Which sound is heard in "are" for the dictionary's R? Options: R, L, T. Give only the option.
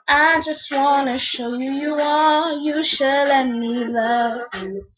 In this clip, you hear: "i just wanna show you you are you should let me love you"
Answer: L